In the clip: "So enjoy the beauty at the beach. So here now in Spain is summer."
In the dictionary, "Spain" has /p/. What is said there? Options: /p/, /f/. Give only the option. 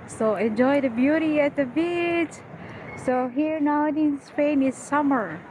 /f/